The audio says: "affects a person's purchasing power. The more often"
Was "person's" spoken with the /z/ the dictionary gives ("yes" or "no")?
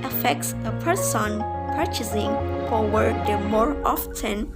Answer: no